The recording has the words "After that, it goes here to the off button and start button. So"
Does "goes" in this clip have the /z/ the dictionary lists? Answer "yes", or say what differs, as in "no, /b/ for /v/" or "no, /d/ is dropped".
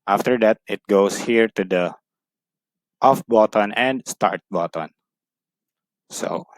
no, /s/ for /z/